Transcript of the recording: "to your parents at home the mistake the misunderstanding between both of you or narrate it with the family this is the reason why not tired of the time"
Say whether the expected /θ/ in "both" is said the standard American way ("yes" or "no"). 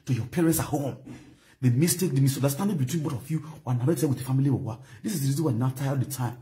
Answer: no